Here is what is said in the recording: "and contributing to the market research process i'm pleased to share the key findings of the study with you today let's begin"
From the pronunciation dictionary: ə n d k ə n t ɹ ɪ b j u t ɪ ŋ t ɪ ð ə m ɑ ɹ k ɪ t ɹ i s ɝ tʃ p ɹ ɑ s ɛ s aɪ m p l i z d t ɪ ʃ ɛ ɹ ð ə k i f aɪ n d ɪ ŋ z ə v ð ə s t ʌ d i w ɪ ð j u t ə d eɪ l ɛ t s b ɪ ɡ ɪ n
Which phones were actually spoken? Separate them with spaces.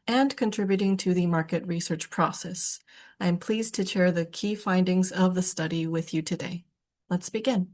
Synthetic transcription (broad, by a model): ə n k ə n t ɹ ɪ b j u t ɪ ŋ t ɪ ð ə m ɑ ɹ k ɪ t ɹ i s ɝ tʃ p ɹ ɑ s ɛ s aɪ m p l i z t ɪ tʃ ɛ ɹ ð ə k i f aɪ n d ɪ ŋ z ə v ð ə s t ʌ d i w ɪ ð j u t ə d eɪ l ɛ t s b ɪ ɡ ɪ n